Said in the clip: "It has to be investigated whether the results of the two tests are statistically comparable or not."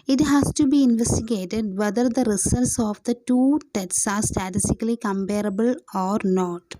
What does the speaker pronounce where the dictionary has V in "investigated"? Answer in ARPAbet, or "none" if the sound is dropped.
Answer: V